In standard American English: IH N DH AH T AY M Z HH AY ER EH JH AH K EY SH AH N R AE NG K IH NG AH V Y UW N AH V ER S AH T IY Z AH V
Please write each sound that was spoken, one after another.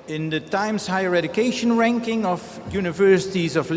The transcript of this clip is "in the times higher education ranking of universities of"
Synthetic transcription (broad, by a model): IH N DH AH T AY M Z HH AY ER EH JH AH K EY SH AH N R AE NG K IH NG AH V Y UW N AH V ER S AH T IY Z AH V